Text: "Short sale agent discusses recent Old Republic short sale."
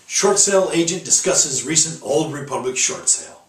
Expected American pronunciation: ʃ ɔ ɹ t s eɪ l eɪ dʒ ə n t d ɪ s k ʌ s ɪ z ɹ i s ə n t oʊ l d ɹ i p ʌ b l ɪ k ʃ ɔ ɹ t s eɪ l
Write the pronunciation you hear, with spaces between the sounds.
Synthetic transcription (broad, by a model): ʃ ɔ ɹ t s eɪ l eɪ dʒ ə n d ɪ s k ʌ s ɪ z ɹ i s ə n t oʊ l d ɹ i p ʌ b l ɪ k ʃ ɔ ɹ t s eɪ l